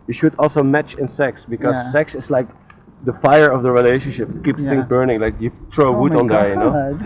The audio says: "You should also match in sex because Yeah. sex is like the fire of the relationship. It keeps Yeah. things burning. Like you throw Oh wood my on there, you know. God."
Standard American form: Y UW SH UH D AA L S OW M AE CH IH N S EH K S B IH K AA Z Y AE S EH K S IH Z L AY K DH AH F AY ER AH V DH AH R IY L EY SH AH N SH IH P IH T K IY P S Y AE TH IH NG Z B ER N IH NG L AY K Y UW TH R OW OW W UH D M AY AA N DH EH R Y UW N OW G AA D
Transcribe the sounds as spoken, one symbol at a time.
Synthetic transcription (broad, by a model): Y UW SH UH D AA L S OW M AE CH IH N S EH K S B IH K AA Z S EH K S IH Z L AY K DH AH F AY ER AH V DH AH R IY L EY SH AH N SH IH P IH T K IY P S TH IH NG B ER N IH NG L AY K Y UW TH R OW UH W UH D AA N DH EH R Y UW N OW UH